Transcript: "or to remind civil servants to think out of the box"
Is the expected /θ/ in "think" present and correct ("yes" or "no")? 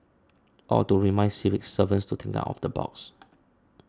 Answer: no